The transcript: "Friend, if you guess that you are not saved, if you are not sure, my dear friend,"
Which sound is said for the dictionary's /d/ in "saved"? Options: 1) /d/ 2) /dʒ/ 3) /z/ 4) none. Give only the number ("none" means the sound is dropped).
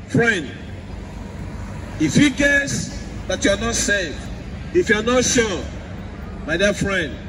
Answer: 4